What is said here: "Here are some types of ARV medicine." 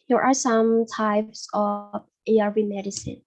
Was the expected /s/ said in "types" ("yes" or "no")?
yes